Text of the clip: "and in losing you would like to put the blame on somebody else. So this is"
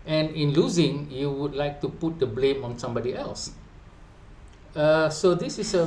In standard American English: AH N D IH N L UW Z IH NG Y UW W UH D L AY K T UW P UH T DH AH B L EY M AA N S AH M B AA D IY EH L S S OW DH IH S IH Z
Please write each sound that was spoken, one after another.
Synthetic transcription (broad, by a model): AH N IH N L UW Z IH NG Y UW W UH D L AY K T UW P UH T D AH B L EY M AA N S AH M B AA D IY EH L S S OW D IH S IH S